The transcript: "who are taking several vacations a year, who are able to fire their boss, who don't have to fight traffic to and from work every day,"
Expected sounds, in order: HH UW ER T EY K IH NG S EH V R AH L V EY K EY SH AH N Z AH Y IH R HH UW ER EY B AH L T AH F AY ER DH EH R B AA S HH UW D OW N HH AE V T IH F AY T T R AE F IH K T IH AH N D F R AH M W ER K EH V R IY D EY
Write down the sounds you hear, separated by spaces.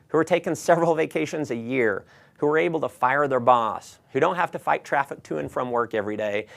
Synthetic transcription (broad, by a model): HH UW ER T EY K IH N S EH V R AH L V EY K EY SH AH N Z AH Y IH R HH UW ER EY B L T AH F AY ER DH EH R B AA S HH UW D OW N HH AE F T IH F AY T T R AE F IH K T IH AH N F R AH M W ER K EH V R IY D EY